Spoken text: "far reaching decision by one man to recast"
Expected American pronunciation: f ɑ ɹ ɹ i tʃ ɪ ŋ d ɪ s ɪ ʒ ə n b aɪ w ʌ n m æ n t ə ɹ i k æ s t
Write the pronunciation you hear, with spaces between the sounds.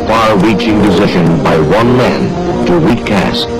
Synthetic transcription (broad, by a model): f ɑ ɹ ɹ i tʃ ɪ ŋ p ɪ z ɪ ʃ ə n b aɪ w ʌ n m æ n t ə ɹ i k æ s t